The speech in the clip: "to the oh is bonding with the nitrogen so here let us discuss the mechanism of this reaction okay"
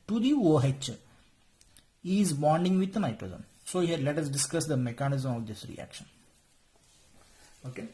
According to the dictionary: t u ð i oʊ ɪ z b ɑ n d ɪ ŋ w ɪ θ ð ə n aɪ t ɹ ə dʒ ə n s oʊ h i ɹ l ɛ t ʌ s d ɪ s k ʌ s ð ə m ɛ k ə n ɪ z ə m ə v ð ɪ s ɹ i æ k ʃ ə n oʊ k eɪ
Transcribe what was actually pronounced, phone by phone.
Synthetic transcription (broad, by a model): t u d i oʊ ɪ z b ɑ n d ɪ ŋ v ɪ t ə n aɪ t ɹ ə z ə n s oʊ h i ɹ l ɛ t ʌ s d ɪ s k ʌ s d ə m ɛ k ə n ɪ z ə m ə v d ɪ s ɹ i æ k ʃ ə n oʊ k eɪ